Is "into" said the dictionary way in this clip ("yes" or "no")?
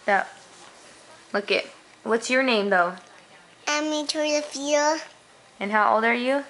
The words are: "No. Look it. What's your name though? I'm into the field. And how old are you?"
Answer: no